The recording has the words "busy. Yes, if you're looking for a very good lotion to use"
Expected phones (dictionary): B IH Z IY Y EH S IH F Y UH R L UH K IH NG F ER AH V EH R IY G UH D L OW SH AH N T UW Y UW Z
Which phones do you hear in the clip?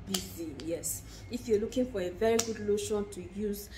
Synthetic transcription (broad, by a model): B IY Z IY Y EH S IH F Y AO L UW K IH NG F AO AH V EH R IY G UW D L OW SH AH N T UW Y UW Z